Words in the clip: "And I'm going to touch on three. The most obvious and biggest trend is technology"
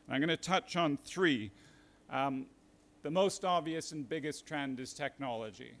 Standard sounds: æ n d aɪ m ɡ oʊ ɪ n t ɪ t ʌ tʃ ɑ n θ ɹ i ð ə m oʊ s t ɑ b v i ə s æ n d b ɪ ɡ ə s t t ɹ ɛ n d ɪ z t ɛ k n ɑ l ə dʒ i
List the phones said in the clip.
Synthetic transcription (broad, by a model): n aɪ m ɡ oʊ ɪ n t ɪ t ʌ tʃ n θ ɹ i ð ə m oʊ s t ɑ b v i ə s n b ɪ ɡ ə s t t ɹ ɛ n d ɪ z t ɛ k n ɑ l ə dʒ i